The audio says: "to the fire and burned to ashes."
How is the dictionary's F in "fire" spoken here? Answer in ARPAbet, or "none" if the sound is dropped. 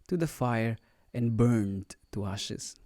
F